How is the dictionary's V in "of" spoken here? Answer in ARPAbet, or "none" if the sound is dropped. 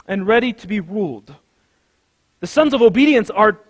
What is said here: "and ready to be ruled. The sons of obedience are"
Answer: V